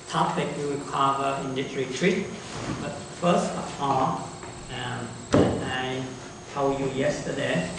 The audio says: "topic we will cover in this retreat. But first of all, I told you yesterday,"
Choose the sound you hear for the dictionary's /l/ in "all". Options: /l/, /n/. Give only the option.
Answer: /n/